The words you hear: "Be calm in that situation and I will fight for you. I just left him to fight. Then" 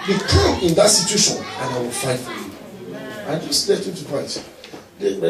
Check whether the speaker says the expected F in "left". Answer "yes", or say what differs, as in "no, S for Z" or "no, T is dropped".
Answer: no, F is dropped